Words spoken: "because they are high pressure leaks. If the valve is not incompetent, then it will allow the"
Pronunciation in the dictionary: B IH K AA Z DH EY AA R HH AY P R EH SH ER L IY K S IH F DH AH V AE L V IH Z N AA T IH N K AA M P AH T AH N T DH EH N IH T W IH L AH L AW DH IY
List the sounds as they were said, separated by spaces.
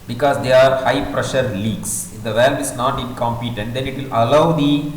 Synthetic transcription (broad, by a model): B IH K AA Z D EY AA R HH AY P R EH SH ER L IY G S IH F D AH V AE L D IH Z N AA T IH N K AA M P AH T AH N T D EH N IH T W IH L AH L AW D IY